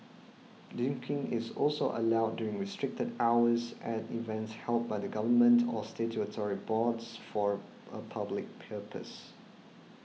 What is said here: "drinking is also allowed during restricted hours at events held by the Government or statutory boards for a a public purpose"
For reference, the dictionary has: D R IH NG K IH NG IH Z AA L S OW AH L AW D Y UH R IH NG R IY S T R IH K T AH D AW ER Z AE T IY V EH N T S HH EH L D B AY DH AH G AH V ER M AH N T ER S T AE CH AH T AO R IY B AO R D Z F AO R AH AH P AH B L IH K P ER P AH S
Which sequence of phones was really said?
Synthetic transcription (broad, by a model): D IH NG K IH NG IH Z AA L S OW AH L AW D Y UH R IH NG R IY S T R IH K T AH D AW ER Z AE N IY V EH N T S HH EH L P B AY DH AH G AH V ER M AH N T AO S T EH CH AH T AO R IY B AO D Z F AO R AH AH P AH B L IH K P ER P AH S